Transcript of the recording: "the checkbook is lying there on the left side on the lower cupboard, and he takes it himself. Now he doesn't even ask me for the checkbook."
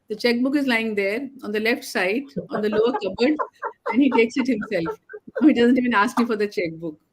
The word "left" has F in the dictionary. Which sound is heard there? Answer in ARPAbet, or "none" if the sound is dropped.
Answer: F